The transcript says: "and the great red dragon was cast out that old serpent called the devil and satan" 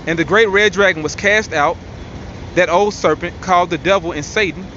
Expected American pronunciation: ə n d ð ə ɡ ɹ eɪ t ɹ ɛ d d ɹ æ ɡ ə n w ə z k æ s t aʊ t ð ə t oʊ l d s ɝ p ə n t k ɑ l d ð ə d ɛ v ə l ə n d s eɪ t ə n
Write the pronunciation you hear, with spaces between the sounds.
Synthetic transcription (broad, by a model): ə n ð ə ɡ ɹ eɪ t ɹ ɛ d d ɹ æ ɡ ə n w ə z k æ s t aʊ t ð ə t oʊ l d s ɝ p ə n k ɑ l d ð ə d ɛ v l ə n s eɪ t n